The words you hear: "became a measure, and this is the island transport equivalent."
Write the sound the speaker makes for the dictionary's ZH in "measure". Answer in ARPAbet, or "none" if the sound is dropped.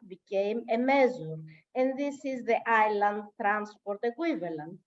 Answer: Z